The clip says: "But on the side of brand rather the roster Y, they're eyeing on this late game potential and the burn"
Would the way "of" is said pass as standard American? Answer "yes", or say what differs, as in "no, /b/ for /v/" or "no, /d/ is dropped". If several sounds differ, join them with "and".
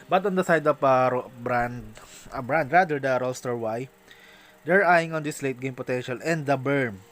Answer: no, /b/ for /v/